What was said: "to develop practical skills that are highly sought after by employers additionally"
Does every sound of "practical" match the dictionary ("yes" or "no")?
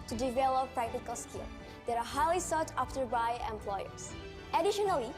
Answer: yes